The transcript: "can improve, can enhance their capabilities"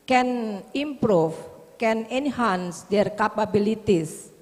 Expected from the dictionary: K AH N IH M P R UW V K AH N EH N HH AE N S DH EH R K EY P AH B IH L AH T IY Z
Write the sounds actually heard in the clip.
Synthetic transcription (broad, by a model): K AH N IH M P R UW F K AH N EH N HH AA N S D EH R K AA P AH B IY L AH T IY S